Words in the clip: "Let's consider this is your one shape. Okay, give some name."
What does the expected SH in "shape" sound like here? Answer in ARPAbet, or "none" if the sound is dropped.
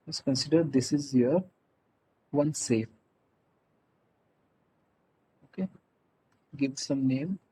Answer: S